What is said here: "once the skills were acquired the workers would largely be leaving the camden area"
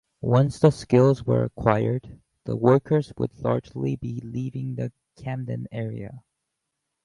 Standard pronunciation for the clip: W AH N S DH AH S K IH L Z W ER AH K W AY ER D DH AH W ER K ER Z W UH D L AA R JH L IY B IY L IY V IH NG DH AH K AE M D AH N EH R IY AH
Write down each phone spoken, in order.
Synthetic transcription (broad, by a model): W AH N S DH AH S K IH L Z W ER AH K W AY ER D DH AH W ER K ER Z W UH D L AA R JH L IY B IY L IY V IH NG DH AH K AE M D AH N EH R IY AH